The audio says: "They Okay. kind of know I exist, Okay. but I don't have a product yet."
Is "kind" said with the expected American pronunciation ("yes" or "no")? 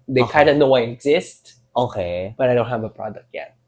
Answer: no